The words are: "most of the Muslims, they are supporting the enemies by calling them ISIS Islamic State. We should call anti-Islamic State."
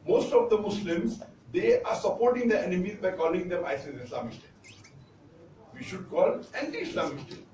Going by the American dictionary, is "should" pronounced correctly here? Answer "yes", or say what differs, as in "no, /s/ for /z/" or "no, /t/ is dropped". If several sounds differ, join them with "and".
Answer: yes